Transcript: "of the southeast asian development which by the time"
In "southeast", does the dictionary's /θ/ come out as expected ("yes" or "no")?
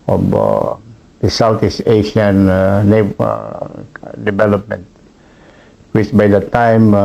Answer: no